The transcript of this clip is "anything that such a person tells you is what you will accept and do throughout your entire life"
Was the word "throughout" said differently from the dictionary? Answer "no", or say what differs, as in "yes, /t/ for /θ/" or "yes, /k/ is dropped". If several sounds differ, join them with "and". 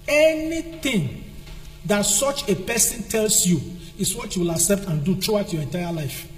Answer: yes, /t/ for /θ/